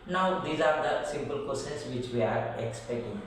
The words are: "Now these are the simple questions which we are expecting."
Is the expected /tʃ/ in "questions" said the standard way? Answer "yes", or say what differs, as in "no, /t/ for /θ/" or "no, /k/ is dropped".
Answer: no, /tʃ/ is dropped